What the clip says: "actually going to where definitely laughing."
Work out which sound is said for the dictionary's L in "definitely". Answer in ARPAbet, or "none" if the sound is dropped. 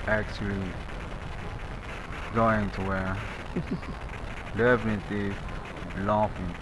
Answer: none